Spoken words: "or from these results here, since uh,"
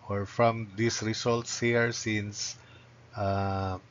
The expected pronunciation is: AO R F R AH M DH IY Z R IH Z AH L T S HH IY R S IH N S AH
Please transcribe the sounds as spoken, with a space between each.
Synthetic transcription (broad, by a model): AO R F R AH M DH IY S R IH S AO L T S HH IY R S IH N S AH